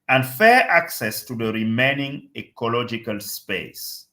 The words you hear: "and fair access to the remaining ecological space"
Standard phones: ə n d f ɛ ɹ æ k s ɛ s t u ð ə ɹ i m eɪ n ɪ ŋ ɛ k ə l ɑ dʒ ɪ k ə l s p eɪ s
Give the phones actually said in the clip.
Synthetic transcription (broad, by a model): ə n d f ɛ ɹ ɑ k s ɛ s t u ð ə ɹ i m eɪ n ɪ ŋ ɛ k ə l ɑ dʒ ɪ k ə l s p eɪ s